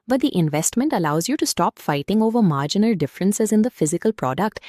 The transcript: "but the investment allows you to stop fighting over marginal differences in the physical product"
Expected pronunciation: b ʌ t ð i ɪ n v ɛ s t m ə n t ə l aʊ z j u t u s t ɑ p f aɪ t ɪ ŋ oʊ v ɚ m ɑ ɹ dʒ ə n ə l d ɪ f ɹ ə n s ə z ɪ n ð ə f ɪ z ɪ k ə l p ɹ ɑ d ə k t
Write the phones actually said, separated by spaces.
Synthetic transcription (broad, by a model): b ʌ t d i ɪ n v ɛ s t m ə n t ə l aʊ z j u t u s t ɑ p f aɪ t ɪ ŋ oʊ v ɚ m ɑ ɹ dʒ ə n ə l d ɪ f ɹ ə n s ə z ɪ n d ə f ɪ z ɪ k ə l p ɹ ɑ d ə k t